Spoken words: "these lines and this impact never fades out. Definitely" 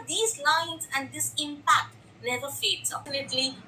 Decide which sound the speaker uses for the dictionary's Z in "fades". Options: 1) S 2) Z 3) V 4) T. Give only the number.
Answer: 1